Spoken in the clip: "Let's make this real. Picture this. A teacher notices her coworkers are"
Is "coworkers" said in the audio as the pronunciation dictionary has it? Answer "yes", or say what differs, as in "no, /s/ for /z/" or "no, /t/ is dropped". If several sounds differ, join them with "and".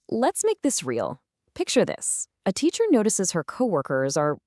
yes